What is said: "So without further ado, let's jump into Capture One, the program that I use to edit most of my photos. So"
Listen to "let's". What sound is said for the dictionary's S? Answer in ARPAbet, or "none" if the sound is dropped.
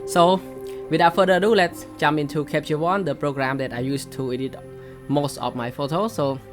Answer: S